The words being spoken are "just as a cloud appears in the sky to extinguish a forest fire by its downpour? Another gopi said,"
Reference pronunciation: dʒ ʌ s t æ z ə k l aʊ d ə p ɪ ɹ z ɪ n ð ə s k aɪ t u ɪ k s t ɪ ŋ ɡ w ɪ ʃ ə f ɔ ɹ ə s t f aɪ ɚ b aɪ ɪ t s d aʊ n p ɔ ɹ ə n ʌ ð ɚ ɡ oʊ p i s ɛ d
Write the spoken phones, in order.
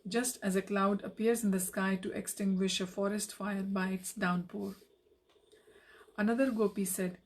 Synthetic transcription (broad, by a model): dʒ ʌ s t æ z ə k l aʊ d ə p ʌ ɹ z ɪ n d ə s k aɪ t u ɪ k s t ɪ ŋ ɡ w ɪ ʃ ə f ɔ ɹ ə s t f aɪ ɚ b aɪ ɪ t s d aʊ n p ɔ ɹ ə n ʌ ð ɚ ɡ oʊ p i s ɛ d